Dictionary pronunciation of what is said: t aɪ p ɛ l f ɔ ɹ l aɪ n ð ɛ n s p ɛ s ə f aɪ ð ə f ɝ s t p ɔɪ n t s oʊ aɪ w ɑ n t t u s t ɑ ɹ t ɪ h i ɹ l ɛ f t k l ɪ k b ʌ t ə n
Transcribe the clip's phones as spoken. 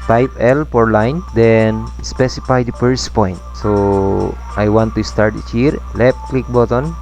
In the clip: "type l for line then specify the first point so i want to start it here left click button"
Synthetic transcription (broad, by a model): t aɪ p ɛ l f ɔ ɹ l aɪ n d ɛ n s p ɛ s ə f aɪ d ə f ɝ s p ɔɪ n t s oʊ aɪ w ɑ n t t u s t ɑ ɹ t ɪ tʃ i ɹ l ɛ t k l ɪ k b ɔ t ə n